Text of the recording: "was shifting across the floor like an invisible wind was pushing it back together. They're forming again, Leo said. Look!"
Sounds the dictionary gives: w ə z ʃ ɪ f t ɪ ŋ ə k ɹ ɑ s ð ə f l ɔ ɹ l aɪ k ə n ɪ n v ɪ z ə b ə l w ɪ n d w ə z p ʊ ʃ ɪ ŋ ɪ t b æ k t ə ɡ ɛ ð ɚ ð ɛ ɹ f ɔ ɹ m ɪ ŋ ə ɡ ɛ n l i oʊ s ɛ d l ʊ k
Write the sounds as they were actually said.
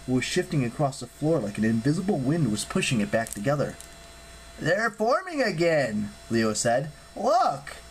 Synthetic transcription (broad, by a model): w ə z ʃ ɪ f t ɪ ŋ ə k ɹ ɑ s ð ə f l ɔ ɹ l aɪ k ə n ɪ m v ɪ z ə b l w ɪ n d w ə z p ʊ ʃ ɪ ŋ ɪ t b æ k t ə ɡ ɛ ð ɚ ð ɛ ɹ f ɔ ɹ m ɪ ŋ ə ɡ ɛ n l i oʊ s ɛ d l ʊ k